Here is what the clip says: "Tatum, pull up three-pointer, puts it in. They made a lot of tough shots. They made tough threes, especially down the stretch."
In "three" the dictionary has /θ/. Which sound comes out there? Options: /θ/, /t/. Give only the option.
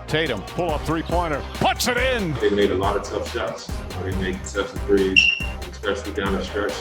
/θ/